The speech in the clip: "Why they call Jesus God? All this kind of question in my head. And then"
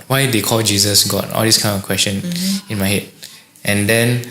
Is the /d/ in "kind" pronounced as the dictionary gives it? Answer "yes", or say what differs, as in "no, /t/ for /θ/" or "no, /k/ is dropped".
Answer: no, /d/ is dropped